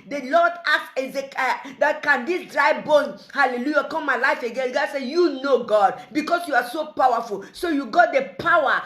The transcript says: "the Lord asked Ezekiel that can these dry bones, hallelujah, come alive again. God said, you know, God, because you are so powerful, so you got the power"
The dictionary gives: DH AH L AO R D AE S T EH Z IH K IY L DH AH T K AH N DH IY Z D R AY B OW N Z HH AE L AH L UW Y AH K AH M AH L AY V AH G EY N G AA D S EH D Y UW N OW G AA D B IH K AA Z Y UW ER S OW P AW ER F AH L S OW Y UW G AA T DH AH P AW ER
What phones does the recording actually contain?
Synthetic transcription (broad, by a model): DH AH L AO D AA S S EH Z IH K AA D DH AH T K AH N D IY S D R AY B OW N HH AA L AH L UW Y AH K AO M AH L AY F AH G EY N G AA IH S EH Y UW N OW G AA D B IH K AA S Y UW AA S OW P AW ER F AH L S OW Y UW G AA T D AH P AW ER